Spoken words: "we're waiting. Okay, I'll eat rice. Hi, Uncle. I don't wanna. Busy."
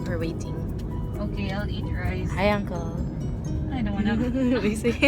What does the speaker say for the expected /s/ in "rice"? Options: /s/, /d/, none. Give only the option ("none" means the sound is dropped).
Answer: none